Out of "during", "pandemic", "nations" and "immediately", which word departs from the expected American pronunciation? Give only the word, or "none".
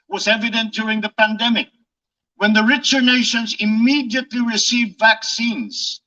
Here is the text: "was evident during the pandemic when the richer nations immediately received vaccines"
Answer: none